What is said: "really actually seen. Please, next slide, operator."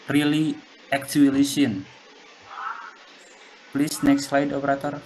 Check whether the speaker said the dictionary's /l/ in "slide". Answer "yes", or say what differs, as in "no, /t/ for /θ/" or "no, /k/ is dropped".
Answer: yes